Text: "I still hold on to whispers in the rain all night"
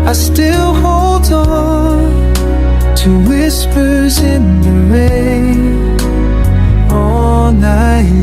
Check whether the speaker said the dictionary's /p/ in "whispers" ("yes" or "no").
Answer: yes